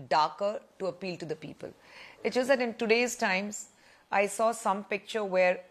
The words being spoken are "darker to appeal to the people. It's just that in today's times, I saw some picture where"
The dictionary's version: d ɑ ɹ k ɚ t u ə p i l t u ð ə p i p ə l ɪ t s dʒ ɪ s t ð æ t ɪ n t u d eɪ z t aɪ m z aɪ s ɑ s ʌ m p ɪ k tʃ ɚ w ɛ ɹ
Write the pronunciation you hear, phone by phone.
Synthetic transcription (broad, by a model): d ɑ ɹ k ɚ t u ə p i l t u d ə p i p ə l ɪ t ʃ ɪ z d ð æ t ɪ n t u d eɪ z t aɪ m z aɪ s ɑ s ʌ m p ɪ k tʃ ɚ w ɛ ɹ